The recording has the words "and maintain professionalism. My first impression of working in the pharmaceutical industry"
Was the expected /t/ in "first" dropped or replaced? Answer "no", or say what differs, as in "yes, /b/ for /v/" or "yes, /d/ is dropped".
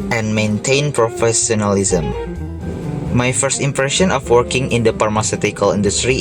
no